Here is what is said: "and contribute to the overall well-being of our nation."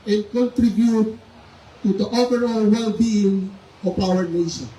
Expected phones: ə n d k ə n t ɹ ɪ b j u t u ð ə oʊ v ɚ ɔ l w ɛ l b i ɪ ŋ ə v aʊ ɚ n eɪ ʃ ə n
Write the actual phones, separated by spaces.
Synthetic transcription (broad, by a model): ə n k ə n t ɹ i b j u t u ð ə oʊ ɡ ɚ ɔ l w ɛ l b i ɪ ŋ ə p aʊ ɚ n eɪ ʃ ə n